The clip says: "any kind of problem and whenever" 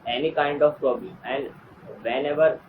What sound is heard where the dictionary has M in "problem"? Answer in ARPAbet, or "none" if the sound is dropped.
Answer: none